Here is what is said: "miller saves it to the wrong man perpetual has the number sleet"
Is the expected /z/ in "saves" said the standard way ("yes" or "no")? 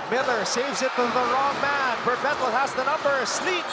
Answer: yes